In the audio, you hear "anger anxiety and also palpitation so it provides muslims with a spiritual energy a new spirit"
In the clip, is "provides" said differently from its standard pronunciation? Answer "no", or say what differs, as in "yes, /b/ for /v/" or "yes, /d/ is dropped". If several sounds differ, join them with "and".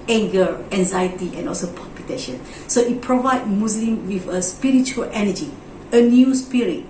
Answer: yes, /z/ is dropped